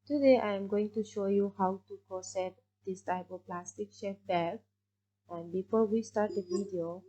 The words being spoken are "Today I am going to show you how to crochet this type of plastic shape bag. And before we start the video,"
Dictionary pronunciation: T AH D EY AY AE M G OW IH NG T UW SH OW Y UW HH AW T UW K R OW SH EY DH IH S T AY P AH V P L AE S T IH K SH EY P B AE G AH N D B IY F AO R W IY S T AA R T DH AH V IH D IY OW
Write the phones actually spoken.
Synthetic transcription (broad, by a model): T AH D EY AY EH M G OW IH NG T UW SH OW Y UW HH AW T UW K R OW S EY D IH S T AY P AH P L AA S T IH K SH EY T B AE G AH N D B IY F AO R W IY S T AA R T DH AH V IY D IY OW